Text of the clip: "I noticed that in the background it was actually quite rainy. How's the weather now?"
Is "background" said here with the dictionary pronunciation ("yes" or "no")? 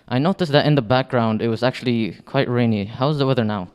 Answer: yes